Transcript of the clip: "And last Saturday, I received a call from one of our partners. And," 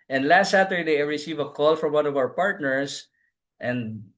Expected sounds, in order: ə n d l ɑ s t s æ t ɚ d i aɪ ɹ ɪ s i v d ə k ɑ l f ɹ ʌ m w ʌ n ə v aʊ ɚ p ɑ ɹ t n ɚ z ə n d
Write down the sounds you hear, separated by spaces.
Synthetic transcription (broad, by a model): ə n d l ɑ s t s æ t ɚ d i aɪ ɹ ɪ s i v ə k ɑ l f ɹ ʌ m w ʌ n ə v aʊ ɚ p ɑ ɹ t n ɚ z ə n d